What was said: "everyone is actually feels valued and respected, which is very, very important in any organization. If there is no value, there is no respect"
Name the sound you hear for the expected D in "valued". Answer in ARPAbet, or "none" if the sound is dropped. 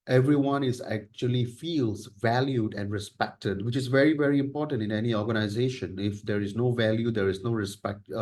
D